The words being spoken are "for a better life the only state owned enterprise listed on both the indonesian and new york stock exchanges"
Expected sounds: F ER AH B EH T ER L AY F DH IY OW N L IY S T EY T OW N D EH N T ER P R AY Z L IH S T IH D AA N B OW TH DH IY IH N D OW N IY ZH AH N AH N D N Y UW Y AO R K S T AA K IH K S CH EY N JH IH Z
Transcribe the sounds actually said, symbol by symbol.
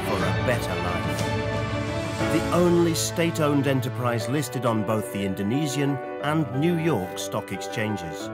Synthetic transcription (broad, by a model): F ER AH B EH T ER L AY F DH IY OW N L IY S T EY T OW N D EH N T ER P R AY Z L IH S T IH D N B OW TH DH IY IH N D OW N IY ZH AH N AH N N Y UW Y AO R K S T AA K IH K S CH EY N JH IH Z